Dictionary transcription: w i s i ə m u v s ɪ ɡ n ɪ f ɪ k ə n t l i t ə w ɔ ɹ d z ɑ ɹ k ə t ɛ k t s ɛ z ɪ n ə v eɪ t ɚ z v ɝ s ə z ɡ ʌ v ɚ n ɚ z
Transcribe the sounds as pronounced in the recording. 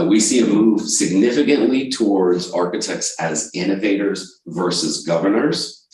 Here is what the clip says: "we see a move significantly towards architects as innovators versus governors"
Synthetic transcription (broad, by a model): w i s i ə m u v s ɪ ɡ n ɪ f ɪ k ə n t l i t ə w ɔ ɹ d z ɑ ɹ k ə t ɛ k t s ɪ z ɪ n ə v eɪ t ɚ z v ɝ s ə z ɡ ʌ v ɚ n ɚ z